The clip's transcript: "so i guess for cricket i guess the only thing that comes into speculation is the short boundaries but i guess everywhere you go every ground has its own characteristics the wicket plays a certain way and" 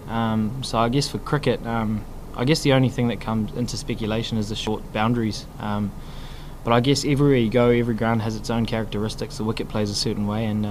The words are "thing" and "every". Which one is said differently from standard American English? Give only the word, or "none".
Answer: none